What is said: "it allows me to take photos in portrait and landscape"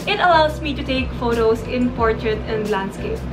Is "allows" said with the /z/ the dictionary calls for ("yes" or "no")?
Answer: no